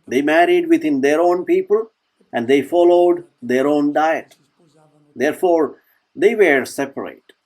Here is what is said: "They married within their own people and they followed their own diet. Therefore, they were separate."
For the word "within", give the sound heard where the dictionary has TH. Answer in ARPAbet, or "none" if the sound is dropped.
T